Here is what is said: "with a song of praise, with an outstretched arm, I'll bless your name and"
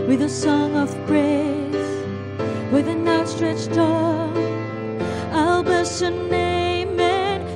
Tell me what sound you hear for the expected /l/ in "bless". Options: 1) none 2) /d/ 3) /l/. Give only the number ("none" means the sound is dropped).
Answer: 1